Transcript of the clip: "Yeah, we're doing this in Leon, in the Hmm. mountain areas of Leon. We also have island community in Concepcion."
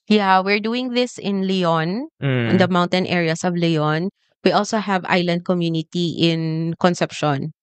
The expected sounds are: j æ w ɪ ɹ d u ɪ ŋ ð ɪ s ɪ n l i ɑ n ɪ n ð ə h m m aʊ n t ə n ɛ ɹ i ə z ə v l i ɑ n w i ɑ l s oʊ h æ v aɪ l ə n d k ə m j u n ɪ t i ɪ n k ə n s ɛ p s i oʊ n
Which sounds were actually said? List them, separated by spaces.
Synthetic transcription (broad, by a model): j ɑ w ɪ ɹ d u ɪ ŋ ð ɪ s ɪ n l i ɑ n ɪ n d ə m m aʊ n t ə n ɛ ɹ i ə s ə v l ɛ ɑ n w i ɑ l s oʊ h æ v aɪ l ə n d k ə m j u n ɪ t i ɪ n k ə n s ɛ p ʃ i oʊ n